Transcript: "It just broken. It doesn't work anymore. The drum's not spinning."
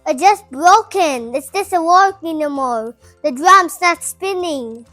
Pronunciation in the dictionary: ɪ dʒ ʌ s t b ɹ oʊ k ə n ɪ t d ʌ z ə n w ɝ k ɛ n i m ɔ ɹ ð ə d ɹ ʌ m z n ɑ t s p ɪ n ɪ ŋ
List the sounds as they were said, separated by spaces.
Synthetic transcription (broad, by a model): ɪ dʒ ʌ s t b ɹ oʊ k ə n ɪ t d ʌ s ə w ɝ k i n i m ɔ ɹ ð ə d ɹ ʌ m s n ɑ t s p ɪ n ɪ ŋ